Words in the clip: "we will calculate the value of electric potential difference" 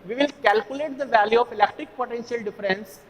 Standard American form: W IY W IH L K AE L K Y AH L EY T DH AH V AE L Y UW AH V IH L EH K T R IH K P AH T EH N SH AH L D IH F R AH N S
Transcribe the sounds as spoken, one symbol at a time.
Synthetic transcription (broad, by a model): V IY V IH L K AE L K Y AH L EY T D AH V AE L Y UW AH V IH L EH K T R IH K P AH T EH N SH AH L D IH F R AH N S